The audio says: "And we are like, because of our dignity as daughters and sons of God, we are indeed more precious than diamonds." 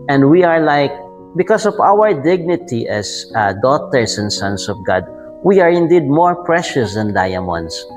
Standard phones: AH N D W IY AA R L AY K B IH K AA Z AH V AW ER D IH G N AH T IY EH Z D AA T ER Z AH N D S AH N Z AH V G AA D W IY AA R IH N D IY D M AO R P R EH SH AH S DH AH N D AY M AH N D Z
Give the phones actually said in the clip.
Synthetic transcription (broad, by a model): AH N D W IY AA R L AY K B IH K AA S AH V AW ER D IH G N AH T IY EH S D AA T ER S AH N D S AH N S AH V G AA D W IY AA R IH N D IY D M AO R P R EH SH AH S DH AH N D AY M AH N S